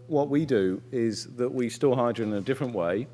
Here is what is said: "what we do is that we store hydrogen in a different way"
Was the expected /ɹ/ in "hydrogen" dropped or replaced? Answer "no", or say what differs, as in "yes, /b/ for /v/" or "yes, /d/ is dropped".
yes, /ɹ/ is dropped